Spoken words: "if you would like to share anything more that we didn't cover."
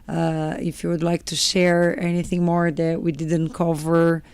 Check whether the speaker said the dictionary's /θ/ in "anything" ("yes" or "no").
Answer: yes